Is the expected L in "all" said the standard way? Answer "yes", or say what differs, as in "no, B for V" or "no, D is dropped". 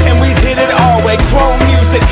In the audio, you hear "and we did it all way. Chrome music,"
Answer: yes